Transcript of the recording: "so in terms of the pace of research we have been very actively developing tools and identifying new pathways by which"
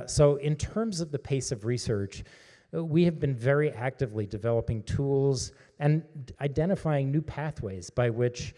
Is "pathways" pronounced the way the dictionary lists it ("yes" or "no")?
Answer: yes